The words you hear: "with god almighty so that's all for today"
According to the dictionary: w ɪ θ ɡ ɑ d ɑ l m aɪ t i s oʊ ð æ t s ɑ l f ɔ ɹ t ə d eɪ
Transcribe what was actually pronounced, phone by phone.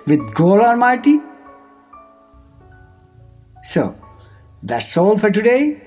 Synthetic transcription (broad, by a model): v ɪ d ɡ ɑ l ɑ n m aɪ t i s oʊ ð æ t s ɑ l f ɔ ɹ t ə d eɪ